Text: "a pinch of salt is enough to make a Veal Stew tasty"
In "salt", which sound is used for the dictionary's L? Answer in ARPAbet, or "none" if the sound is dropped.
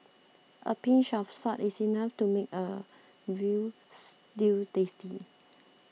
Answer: none